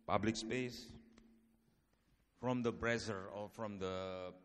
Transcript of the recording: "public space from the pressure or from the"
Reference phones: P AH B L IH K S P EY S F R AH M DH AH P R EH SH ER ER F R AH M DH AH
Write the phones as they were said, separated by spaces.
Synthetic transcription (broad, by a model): P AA B L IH K S P EY S F R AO M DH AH B R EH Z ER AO F R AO M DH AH